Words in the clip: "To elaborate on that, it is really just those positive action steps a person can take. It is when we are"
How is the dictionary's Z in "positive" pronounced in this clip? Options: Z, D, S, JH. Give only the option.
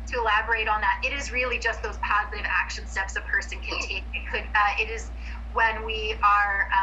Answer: Z